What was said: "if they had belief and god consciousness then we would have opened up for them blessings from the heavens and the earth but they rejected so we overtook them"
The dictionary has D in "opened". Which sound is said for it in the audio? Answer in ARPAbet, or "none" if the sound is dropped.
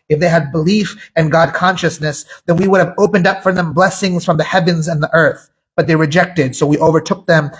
D